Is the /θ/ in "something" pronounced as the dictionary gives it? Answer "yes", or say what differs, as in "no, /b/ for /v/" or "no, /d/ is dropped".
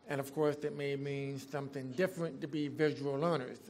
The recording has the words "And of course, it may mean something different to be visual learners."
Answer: yes